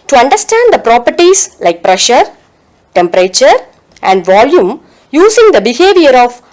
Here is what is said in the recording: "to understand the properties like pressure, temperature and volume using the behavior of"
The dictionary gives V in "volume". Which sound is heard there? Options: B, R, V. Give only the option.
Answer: V